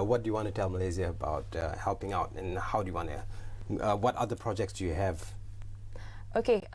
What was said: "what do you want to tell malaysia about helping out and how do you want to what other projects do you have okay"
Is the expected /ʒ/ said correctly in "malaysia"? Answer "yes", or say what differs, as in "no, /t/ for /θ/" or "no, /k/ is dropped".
no, /z/ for /ʒ/